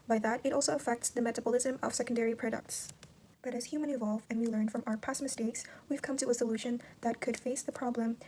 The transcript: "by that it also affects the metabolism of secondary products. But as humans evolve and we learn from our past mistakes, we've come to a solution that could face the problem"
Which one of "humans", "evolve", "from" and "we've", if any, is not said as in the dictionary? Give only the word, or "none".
humans